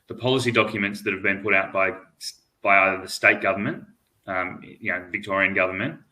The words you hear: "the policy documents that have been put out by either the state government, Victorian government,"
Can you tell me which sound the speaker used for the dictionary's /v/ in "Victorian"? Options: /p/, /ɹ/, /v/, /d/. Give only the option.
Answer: /v/